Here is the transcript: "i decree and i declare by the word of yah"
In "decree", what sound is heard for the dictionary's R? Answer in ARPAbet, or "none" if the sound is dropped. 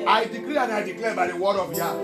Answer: L